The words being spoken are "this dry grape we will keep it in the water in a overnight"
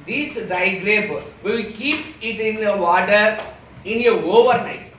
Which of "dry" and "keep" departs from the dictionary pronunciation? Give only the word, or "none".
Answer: dry